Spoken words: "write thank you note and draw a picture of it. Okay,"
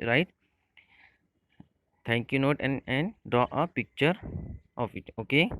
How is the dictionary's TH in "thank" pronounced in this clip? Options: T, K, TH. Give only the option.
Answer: T